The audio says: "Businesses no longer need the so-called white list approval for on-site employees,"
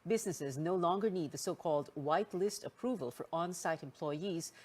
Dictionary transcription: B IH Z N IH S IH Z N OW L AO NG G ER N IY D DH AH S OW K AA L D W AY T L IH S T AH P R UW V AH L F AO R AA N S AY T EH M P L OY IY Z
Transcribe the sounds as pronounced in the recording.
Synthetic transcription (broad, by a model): B IH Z N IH S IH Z N OW L AO NG G ER N IY D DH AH S OW K AA L D W AY T L IH S T AH P R UW V AH L F AO R AA N S AY T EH M P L OY IY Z